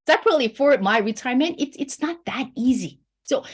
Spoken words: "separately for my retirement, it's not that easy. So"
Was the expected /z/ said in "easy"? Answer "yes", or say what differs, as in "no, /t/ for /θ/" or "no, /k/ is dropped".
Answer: yes